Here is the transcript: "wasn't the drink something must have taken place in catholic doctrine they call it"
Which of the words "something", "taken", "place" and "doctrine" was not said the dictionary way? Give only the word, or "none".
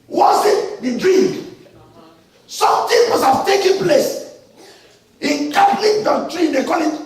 something